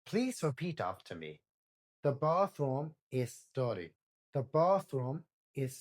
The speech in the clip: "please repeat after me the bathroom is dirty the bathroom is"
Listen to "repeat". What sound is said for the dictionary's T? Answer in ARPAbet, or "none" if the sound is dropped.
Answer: T